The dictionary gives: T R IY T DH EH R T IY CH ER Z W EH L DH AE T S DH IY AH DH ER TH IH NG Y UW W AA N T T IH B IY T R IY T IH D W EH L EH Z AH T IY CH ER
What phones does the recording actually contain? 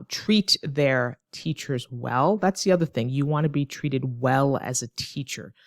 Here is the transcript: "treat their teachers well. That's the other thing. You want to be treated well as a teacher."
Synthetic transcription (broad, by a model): T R IY T DH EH R T IY CH ER Z W EH L DH AE T S DH IY AH DH ER TH IH NG Y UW W AA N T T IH B IY T R IY T IH D W EH L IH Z AH T IY CH ER